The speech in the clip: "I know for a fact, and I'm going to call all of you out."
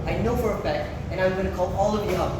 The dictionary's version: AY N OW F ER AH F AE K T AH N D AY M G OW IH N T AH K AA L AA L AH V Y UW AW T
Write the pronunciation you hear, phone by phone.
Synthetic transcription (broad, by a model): AY N OW F ER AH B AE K AH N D AY M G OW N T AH K AA L AA L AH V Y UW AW